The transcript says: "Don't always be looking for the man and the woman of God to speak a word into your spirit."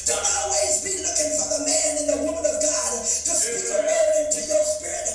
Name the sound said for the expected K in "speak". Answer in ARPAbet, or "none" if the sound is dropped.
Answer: none